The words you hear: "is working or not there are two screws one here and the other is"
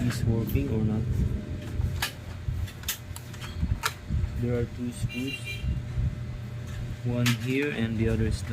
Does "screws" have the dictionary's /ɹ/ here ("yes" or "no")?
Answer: no